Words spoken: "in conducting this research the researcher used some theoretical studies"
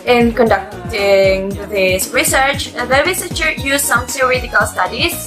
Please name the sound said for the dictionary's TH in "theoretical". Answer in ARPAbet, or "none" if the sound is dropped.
S